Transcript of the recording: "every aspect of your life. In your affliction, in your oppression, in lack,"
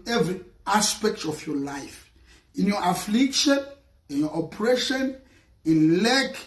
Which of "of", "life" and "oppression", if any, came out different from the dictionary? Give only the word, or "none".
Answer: of